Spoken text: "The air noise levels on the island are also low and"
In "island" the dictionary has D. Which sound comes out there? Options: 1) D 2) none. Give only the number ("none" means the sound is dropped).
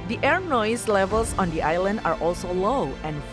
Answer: 1